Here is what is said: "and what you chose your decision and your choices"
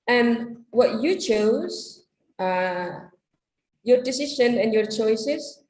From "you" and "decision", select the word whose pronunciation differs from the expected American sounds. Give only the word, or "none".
decision